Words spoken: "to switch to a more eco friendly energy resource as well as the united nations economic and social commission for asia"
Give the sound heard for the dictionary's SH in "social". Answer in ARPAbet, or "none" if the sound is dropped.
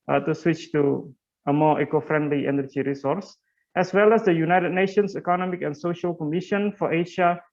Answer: SH